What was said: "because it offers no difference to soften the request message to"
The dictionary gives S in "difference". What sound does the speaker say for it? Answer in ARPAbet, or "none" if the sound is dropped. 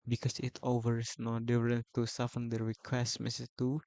none